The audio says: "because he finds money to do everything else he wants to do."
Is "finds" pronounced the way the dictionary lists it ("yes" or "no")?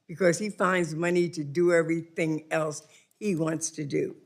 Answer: yes